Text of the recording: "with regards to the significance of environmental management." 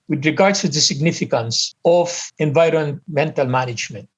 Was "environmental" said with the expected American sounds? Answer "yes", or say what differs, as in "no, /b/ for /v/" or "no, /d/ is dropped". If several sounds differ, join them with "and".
yes